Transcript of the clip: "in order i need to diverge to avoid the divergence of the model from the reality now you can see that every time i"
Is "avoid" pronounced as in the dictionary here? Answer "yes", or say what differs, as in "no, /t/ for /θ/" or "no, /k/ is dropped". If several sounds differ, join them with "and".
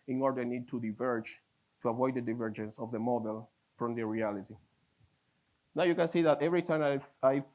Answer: yes